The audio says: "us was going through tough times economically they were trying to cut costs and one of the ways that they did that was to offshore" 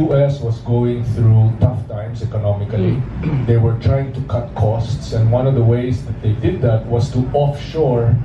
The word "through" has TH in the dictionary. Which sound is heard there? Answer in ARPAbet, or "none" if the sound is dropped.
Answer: TH